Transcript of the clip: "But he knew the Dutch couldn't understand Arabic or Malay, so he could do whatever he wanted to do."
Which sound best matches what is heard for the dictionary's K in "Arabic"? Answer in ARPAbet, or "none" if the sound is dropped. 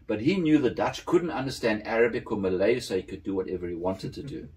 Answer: K